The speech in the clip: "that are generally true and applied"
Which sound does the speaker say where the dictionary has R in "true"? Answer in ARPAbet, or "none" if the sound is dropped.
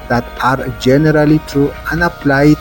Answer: none